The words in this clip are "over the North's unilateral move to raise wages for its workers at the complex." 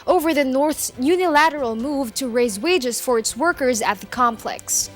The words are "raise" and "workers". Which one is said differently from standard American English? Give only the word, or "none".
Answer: none